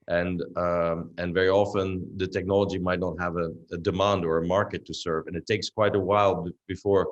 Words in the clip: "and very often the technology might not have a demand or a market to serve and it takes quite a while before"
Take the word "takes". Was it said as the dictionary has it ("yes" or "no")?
yes